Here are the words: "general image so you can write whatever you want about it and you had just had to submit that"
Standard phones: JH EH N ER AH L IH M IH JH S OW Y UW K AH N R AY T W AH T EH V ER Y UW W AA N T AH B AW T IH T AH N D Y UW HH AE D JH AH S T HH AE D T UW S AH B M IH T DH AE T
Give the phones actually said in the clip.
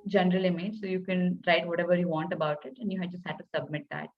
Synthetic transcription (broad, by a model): JH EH N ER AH L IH M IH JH S OW Y UW K AH N R AY T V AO T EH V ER Y UW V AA N T AH B AW T IH T AH N D Y UW HH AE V JH AH S T HH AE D T UW S AH B M IH T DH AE T